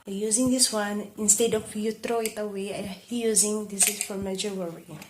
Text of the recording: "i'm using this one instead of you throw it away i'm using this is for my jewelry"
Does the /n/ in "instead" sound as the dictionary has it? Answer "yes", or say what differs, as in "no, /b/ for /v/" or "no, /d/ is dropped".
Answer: yes